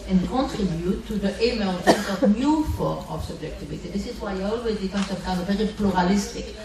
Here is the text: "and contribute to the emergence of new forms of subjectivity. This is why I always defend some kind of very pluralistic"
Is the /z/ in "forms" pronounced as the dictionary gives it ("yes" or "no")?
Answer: no